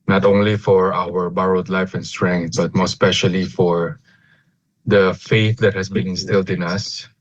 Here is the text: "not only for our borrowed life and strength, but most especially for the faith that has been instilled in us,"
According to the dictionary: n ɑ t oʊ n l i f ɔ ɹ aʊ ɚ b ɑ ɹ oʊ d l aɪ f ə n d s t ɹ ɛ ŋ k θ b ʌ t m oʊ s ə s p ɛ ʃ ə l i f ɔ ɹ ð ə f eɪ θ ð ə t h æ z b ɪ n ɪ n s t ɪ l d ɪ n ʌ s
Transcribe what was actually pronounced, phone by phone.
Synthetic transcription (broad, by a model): n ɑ t oʊ n l i f ɔ ɹ aʊ ɚ b ɑ ɹ oʊ d l aɪ f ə n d s t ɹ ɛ ŋ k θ b ʌ t m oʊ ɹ s p ɛ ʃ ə l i f ɔ ɹ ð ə f eɪ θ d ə t h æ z b ɪ n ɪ n s t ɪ l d ɪ n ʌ s